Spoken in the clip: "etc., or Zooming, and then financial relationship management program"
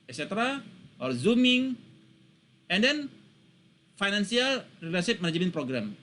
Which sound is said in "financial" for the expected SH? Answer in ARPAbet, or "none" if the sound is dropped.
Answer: S